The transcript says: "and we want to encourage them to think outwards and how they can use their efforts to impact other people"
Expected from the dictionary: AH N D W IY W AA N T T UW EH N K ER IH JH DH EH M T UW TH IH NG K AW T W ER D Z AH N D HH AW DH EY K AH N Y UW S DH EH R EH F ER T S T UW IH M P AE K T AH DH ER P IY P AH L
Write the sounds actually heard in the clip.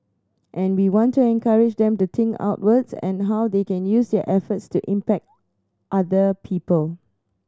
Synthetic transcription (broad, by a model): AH N W IY W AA N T T UW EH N K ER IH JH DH EH M T UW T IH NG AW T W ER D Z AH N HH AW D EY K AH N Y UW S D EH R EH F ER T S T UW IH M P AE K T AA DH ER P IY P AH L